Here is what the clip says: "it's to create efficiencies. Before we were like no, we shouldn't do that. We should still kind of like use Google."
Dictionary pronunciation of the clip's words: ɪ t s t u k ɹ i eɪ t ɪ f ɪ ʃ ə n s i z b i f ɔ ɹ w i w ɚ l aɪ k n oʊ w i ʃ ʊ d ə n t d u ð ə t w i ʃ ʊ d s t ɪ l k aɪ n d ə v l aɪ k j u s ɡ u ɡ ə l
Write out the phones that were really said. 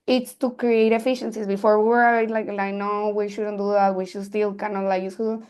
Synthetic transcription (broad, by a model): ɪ t s t u k ɹ i eɪ t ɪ f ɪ ʃ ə n s i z b i f ɔ ɹ w i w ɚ l aɪ k n oʊ w i ʃ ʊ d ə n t d u ð ə t w i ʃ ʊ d s t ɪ l k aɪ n ə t l aɪ k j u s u